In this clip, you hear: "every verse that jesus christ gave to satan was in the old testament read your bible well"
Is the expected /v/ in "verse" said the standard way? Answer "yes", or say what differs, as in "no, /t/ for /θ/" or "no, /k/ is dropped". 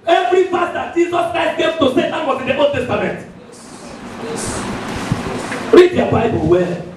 no, /f/ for /v/